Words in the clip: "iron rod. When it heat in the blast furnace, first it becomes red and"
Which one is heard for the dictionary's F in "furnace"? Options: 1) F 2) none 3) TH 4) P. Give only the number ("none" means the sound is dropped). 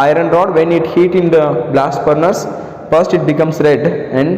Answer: 4